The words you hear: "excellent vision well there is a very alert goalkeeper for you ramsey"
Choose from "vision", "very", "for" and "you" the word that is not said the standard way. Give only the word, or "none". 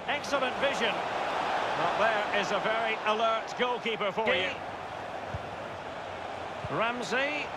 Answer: none